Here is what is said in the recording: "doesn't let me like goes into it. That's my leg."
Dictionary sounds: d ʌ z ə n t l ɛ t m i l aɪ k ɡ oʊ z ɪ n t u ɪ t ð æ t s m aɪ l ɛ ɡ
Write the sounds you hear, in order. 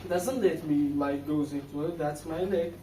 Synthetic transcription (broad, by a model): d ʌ z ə n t l ɛ t m i l aɪ k ɡ oʊ z ɪ n t u ɪ t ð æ t s m aɪ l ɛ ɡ